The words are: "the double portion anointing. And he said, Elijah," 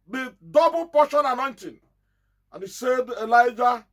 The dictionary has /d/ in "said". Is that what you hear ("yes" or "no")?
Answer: yes